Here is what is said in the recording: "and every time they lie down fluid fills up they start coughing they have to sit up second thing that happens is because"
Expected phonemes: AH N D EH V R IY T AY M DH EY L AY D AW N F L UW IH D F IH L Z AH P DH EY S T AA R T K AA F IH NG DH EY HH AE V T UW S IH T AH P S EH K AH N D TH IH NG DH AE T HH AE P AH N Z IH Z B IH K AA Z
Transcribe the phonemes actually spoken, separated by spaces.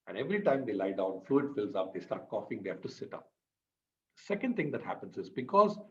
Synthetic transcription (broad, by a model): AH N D EH V R IY T AY M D EY L AY D AW N F L UW IH D F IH L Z AH P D EY S T AA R T K AA F IH NG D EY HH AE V T UW S IH T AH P S EH K AH N D T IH NG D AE T HH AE P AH N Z IH Z B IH K AA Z